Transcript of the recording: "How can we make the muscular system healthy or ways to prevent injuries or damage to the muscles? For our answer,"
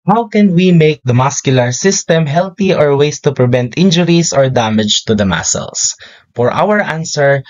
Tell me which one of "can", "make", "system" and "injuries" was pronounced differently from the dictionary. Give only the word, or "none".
injuries